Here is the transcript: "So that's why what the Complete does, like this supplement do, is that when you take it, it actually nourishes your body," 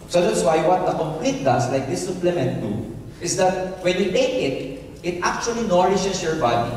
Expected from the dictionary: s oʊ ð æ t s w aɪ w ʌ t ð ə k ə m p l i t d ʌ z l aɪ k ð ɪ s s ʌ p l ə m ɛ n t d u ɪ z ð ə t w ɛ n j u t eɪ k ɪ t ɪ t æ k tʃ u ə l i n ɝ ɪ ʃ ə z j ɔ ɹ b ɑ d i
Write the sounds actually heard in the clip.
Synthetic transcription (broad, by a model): s oʊ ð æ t s w aɪ w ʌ t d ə k ə m p l i t d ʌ s l aɪ k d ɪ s s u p l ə m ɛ n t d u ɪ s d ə t w ɛ n j u t eɪ k ɪ t ɪ t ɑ k tʃ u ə l i n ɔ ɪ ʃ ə s j ɔ ɹ b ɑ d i